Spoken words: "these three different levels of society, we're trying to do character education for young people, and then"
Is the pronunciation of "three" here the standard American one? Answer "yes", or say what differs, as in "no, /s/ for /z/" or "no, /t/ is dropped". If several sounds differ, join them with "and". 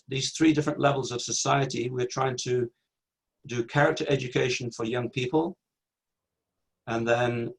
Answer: yes